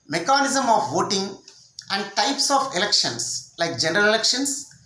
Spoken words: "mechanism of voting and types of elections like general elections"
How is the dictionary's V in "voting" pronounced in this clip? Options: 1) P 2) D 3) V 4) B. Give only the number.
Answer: 3